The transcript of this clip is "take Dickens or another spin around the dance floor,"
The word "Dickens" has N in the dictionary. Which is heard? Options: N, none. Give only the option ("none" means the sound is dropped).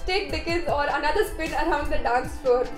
none